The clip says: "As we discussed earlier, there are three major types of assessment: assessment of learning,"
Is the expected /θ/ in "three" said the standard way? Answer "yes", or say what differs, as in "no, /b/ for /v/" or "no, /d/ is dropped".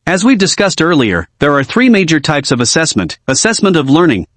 yes